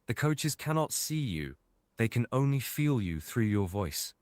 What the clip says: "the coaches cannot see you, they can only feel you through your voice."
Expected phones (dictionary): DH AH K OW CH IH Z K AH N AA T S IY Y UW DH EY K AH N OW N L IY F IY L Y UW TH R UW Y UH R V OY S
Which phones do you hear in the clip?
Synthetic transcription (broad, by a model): DH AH K OW CH IH Z K AH N AA T S IY Y UW DH EY K AH N OW N L IY F IY L Y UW TH R UW Y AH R V OY S